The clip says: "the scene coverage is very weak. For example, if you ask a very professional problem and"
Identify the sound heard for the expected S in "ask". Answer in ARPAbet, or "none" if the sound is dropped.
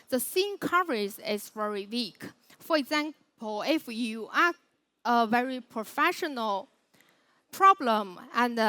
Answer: none